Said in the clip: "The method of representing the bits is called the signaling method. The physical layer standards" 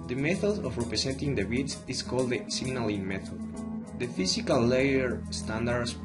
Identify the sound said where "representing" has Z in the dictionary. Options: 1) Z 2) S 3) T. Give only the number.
2